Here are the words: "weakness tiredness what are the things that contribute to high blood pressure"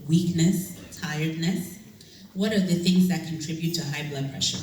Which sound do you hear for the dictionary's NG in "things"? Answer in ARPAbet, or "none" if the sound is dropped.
NG